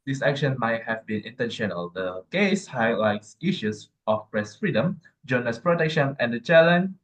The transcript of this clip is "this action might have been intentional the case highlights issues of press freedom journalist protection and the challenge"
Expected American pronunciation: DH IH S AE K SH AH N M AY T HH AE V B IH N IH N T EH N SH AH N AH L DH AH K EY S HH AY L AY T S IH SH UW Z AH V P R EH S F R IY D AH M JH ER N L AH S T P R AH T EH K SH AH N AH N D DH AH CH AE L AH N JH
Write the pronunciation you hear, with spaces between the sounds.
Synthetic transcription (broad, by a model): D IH S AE K SH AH N M AY T HH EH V B IH N IH N T EH N SH AH N AH L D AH K EY S HH AY L AY T S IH SH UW S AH F P R EH S F R IY D AH M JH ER N AH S P R AH T EH K SH AH N AH N D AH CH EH L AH N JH